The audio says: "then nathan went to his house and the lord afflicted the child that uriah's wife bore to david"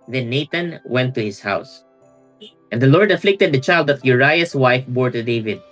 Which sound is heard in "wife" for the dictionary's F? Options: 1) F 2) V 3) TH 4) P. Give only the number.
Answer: 1